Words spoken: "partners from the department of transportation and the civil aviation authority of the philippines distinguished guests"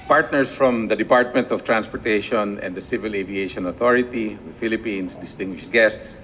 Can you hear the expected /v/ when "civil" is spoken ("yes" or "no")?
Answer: yes